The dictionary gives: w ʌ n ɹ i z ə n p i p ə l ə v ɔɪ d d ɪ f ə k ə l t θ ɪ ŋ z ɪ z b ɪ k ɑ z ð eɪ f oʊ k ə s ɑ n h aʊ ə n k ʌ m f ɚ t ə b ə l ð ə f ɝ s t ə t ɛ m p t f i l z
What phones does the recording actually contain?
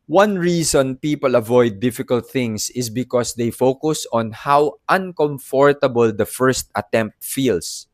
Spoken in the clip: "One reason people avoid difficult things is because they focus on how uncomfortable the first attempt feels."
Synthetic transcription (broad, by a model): w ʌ n ɹ i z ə n p i p ə l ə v ɔɪ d d ɪ f ə k ə l t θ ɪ ŋ s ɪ s b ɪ k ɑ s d eɪ f oʊ k ə s ɑ n h aʊ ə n k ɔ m f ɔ t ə b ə l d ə f ɝ s t ə t ɛ m p t f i l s